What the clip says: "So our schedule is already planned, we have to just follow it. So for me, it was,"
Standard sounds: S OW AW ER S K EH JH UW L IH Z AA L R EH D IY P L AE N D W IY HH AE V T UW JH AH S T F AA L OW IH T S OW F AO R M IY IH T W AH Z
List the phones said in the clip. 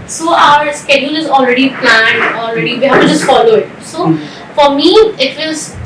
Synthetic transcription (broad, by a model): S OW AW ER S K EH JH UW L IH Z AA L R EH D IY P L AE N D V IY HH AE V T UW JH AH S T F AA L OW IH T S OW F AO R M IY IH T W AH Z